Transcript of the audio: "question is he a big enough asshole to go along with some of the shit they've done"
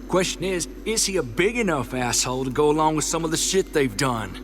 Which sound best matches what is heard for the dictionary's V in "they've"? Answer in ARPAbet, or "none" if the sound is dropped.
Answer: V